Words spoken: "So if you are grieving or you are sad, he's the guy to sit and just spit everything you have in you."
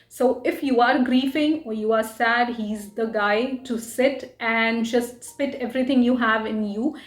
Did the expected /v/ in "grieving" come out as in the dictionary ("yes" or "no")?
no